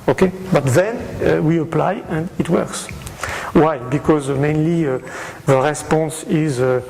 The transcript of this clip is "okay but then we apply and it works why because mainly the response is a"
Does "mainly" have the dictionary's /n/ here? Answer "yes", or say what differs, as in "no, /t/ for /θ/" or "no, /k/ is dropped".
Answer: yes